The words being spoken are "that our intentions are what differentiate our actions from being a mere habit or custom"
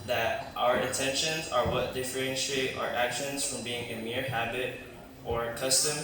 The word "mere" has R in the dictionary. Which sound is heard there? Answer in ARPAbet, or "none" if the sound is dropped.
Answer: R